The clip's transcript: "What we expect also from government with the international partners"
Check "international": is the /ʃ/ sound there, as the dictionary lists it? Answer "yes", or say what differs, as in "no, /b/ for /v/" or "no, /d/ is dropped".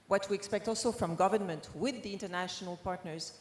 yes